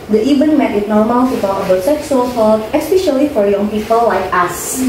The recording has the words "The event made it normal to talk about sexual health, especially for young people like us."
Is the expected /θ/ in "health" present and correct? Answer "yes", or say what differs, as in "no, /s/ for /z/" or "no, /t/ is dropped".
no, /t/ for /θ/